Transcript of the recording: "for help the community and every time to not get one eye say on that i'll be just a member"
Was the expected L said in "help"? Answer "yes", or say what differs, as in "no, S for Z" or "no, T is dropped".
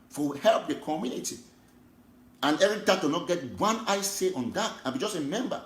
yes